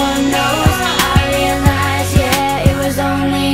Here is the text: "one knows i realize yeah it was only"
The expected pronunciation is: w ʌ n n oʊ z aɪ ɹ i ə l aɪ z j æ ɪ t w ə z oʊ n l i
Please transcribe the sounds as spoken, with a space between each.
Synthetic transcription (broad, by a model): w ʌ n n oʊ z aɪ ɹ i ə n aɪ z j æ ɪ t w ə z oʊ n l i